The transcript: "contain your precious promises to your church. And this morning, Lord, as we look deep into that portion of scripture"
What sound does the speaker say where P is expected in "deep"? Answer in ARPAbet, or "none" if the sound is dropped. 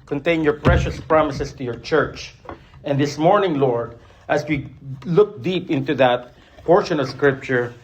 P